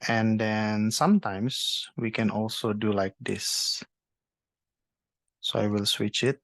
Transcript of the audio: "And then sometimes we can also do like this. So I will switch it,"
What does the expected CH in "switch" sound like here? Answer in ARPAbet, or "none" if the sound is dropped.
CH